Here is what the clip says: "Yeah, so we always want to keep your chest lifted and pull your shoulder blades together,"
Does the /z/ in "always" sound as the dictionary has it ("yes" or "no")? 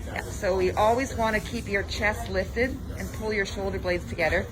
yes